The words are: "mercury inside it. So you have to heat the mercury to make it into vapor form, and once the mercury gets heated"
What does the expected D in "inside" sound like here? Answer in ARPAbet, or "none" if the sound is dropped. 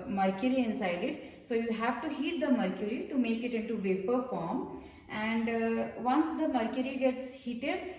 D